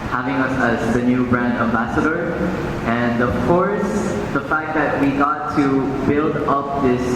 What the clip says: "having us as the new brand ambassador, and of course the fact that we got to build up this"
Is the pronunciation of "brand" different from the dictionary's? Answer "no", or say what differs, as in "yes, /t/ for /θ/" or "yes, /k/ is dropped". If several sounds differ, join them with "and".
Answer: no